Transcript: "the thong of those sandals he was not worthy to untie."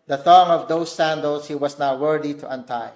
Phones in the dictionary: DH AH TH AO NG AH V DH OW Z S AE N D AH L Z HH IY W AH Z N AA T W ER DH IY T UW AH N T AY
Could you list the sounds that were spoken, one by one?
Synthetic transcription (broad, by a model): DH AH TH AO NG AH V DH OW S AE N D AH L S HH IY W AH S N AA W W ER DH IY T UW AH N T AY